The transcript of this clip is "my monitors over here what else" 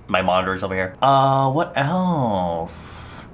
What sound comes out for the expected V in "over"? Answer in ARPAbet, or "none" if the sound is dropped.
B